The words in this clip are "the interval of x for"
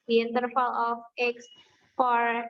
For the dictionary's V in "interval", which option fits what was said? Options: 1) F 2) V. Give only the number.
1